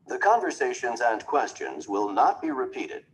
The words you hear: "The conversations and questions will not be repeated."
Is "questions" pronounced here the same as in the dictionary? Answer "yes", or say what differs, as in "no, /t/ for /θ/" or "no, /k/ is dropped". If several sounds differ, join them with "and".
yes